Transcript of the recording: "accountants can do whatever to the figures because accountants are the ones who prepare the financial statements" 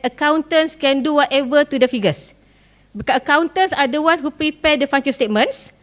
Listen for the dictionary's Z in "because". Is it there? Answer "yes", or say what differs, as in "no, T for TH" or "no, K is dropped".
no, Z is dropped